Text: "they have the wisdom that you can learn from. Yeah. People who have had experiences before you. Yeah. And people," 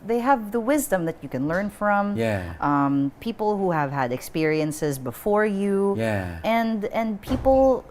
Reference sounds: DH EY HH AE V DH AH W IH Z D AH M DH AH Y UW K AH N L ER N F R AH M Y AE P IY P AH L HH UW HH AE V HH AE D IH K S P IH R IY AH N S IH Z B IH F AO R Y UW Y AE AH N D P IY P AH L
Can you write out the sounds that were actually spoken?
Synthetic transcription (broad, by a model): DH EY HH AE V DH AH W IH Z D AH M DH AH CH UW K AH N L ER N F R AH M Y AE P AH P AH L HH UW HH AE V HH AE D IH K S P IH R IY AH N S IH Z B IH F AO R Y UW Y AE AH N D P IY P L